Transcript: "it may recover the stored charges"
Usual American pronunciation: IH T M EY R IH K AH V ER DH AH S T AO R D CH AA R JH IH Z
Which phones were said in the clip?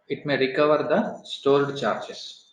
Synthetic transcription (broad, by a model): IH T M EY R IH K AH V ER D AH S T AO L D CH AA R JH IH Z